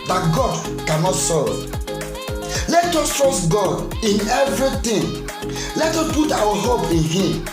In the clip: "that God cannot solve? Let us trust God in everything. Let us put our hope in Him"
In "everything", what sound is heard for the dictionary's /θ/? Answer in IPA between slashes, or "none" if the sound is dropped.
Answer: /t/